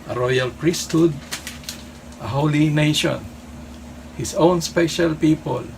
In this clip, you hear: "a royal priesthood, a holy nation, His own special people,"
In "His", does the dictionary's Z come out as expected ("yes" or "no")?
no